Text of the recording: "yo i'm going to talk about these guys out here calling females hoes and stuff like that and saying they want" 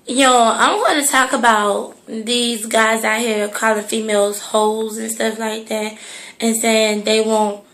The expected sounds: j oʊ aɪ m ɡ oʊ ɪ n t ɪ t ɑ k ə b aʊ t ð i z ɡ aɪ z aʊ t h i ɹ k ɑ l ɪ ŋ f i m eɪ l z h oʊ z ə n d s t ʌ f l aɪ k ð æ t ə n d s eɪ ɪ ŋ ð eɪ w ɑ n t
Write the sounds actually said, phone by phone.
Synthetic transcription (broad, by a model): j oʊ aɪ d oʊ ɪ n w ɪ t ɑ k ə b aʊ t ð i z ɡ aɪ z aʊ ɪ h i ɹ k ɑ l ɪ f i m eɪ l z h oʊ z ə n s t ʌ f l aɪ k ð æ t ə n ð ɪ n ð eɪ w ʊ n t